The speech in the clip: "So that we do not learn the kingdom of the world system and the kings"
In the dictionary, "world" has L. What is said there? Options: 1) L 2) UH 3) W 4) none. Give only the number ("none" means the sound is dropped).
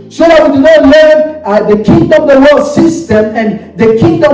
4